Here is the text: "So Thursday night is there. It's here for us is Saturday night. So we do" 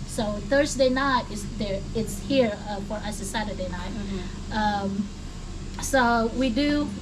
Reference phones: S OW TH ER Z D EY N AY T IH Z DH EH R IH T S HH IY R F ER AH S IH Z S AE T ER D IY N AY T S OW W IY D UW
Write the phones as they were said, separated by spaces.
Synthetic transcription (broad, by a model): S OW TH ER Z D EY N AY T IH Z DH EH R IH T S HH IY R F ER AH S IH S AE T ER D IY N AY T S OW W IY D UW